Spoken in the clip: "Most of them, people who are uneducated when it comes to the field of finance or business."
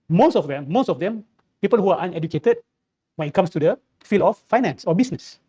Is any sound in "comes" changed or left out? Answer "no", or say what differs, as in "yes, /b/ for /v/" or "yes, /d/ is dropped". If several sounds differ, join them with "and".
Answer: yes, /s/ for /z/